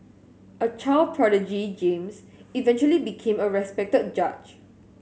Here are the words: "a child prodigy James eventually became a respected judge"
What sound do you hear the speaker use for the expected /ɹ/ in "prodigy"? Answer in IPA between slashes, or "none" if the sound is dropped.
/ɹ/